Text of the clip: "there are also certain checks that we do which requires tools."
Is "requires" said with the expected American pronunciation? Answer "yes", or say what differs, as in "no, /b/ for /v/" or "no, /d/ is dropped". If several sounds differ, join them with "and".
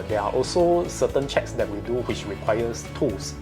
no, /s/ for /z/